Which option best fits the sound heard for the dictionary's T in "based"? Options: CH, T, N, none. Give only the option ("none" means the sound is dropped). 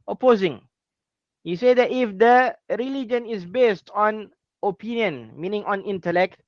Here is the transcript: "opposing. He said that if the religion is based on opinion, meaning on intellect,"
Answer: T